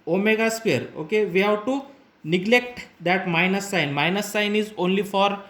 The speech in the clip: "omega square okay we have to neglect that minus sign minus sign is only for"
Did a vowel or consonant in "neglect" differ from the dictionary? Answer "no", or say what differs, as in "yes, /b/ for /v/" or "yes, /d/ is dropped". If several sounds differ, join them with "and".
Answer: no